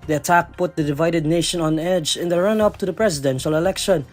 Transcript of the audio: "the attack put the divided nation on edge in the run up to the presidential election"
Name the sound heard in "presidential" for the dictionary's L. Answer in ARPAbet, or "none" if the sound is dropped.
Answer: L